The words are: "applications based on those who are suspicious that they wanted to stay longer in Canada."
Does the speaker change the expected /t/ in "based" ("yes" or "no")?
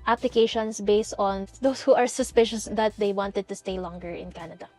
no